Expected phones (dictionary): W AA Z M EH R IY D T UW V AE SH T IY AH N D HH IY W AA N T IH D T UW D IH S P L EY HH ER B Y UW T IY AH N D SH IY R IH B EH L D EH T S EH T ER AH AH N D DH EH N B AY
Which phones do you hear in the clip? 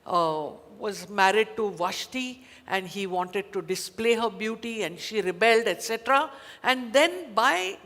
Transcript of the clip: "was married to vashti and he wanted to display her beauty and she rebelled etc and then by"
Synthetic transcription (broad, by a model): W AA Z M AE R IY D T UW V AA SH T IY AH N D HH IY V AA N T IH D T UW D IH S P L EY HH ER B Y UW T IY AH N D SH IY R IH B EH L D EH T S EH T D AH AH N D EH N B AY